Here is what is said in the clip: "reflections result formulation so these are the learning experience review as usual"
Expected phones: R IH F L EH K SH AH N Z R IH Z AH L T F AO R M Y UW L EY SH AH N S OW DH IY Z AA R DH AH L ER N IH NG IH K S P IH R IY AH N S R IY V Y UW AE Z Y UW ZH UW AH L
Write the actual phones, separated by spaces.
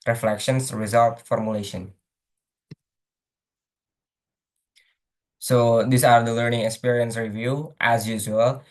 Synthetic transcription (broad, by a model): R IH F L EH K SH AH N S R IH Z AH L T F AO R M Y UW L EY SH AH N S OW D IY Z AA R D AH L ER N IH NG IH K S P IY R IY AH N S R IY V Y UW AE Z Y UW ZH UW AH L